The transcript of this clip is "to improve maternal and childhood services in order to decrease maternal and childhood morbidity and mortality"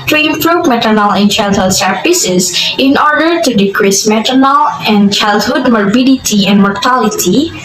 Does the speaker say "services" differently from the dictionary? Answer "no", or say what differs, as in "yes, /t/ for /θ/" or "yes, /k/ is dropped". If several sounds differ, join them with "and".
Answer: yes, /p/ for /v/